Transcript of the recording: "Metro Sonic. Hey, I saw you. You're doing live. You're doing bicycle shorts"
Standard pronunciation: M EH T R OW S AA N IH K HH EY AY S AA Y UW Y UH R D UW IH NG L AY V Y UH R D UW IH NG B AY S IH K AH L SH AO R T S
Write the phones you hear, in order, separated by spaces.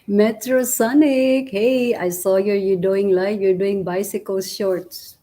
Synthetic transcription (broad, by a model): M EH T R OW S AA N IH K HH EY AY S AA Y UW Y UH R D UW IH NG L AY F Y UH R D UW IH NG B AY S IH K AH L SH AO R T S